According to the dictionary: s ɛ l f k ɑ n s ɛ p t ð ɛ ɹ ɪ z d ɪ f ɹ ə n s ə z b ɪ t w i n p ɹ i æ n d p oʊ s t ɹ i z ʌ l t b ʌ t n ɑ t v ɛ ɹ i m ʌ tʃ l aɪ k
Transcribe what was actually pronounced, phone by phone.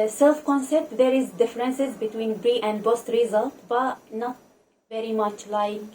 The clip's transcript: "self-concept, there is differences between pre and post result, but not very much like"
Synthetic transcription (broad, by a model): s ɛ l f k ɑ n s ɛ p t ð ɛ ɹ ɪ z d ɪ f ɹ ə n s ə z b ɪ t w i n b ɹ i æ n d b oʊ s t ɹ i z ʌ l t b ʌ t n ɑ t v ɛ ɹ i m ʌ tʃ l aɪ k